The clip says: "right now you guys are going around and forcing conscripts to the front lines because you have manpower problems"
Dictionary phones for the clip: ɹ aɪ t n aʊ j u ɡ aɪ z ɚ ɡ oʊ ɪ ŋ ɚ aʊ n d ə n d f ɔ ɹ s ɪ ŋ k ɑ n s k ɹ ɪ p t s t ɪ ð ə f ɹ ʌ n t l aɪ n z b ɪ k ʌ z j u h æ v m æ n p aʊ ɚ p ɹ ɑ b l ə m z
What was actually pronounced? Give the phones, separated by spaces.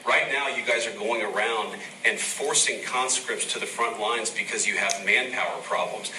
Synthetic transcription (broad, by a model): ɹ aɪ t n aʊ j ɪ ɡ aɪ z ɚ ɡ oʊ ɪ ŋ ɚ aʊ n d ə n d f ɔ ɹ s ɪ ŋ k ɑ n s k ɹ ɪ p t s t ɪ ð ə f ɹ ʌ n t l aɪ n z b ɪ k ʌ z j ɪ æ v m æ n p aʊ ɚ p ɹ ɑ b l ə m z